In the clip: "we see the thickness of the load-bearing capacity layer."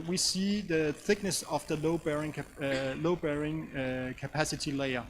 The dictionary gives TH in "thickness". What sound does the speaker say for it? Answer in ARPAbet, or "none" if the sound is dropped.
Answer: TH